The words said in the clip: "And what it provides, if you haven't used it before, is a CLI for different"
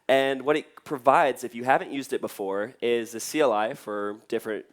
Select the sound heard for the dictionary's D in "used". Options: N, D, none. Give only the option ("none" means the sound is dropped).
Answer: D